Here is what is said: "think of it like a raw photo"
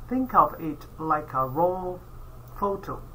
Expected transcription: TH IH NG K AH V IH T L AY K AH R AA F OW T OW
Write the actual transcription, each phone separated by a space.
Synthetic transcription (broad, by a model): TH IH NG K AH V IH T L AY K AH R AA F OW T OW